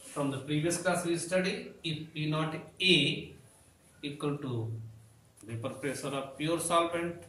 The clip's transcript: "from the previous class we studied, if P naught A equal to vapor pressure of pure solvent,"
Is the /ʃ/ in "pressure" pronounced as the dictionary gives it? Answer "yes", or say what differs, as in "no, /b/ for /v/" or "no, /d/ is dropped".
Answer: no, /s/ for /ʃ/